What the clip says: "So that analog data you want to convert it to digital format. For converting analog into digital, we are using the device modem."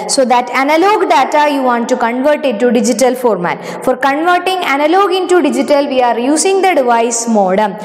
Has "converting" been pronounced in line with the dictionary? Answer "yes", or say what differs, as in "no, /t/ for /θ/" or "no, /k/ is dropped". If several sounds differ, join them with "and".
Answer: yes